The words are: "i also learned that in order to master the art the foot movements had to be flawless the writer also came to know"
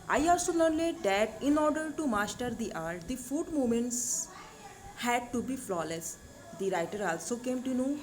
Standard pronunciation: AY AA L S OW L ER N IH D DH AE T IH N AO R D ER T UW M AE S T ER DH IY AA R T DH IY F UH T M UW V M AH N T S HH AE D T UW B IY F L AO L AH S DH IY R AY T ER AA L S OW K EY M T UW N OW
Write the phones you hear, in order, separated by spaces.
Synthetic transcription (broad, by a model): AY AA L S OW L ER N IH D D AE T IH N AO R D ER T UW M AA S T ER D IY AA R T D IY F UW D M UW M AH N T S HH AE D T UW B IY F L AO L AH S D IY R AY T ER AA L S OW K EY M T UW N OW